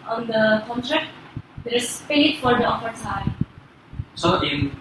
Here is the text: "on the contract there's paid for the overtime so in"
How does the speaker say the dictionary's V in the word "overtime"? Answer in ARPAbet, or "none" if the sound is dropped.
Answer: F